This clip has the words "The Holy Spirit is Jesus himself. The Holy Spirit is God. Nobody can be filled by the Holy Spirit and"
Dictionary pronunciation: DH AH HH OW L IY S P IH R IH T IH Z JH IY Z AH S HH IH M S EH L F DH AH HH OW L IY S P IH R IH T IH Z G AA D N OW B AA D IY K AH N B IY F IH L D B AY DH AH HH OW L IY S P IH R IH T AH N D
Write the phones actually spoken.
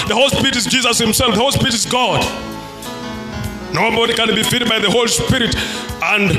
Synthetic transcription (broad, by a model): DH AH HH OW L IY S P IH R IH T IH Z JH IY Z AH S HH IH M S EH L F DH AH HH OW L IY S P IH R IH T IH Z G AA D N OW B AA D IY K AH N B IY F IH D B AY DH AH HH OW L IY S P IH R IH T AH N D